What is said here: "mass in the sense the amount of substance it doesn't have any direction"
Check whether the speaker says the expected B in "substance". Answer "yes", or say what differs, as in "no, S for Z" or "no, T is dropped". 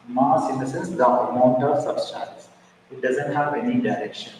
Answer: no, B is dropped